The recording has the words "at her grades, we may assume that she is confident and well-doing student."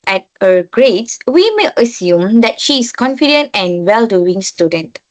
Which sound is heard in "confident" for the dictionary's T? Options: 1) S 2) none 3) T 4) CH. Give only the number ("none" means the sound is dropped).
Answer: 3